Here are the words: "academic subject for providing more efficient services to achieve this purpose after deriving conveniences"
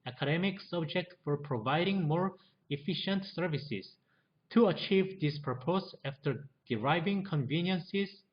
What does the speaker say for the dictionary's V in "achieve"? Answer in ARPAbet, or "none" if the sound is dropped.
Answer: V